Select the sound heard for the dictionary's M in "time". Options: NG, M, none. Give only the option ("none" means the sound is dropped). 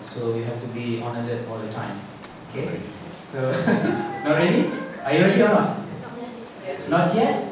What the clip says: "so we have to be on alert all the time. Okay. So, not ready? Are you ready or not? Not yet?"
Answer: M